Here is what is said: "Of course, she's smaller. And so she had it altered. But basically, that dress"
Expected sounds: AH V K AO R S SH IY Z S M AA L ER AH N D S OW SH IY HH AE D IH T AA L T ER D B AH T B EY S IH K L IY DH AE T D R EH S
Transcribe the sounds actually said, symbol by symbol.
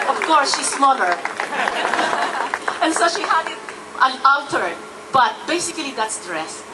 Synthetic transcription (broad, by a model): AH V K AO R S SH IY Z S M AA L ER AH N S OW SH IY HH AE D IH T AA N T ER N B AH T B EY S IH K L IY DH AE T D R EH S